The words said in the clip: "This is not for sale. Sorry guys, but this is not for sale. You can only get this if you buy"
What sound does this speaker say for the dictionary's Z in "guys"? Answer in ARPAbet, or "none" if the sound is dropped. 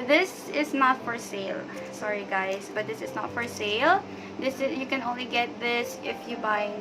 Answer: S